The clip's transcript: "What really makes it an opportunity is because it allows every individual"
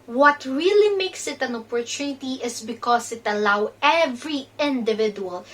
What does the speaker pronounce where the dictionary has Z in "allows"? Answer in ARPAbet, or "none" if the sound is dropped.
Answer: none